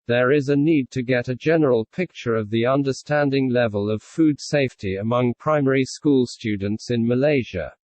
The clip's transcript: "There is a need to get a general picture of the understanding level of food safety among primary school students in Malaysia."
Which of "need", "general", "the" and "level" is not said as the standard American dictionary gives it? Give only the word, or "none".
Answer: none